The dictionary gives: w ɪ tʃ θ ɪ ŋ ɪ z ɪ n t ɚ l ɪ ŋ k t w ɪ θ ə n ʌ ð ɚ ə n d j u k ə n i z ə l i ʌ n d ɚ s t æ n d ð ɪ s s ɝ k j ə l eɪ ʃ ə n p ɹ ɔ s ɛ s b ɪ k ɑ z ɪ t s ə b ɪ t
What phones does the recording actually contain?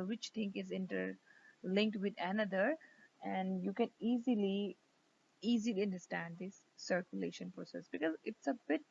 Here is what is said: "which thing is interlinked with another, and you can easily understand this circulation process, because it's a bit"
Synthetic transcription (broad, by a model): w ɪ tʃ t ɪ ŋ ɪ z ɪ n t ɚ l ɪ ŋ k t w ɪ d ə n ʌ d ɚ ə n d j u k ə n i z ə l i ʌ n d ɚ s t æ n d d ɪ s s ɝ k j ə l eɪ ʃ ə n p ɹ ɔ s ɛ s b ɪ k ɑ z ɪ t s ə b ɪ t